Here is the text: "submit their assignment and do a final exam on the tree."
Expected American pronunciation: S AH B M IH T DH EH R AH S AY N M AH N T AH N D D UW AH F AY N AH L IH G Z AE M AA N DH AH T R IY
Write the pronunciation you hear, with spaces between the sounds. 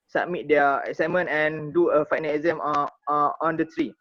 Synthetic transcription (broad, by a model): S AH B M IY T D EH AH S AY M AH N AH N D D UW AH F AY N AH L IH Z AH M AA N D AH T R IY